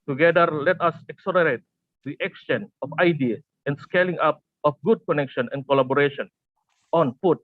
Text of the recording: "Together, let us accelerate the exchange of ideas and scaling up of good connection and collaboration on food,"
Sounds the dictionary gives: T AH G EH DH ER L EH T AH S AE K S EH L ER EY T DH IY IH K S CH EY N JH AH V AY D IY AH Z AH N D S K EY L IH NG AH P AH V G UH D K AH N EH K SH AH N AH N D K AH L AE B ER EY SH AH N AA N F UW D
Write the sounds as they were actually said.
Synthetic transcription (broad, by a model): T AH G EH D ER L EH T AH S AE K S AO N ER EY T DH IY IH K S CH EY N AH F AY D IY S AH N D S K EY L IH NG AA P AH F G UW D K AH N EH K SH AH N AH N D K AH L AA B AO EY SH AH N AA N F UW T